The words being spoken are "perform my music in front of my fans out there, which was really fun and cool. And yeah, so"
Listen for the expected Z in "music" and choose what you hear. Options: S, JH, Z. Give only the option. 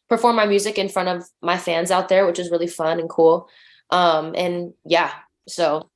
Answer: Z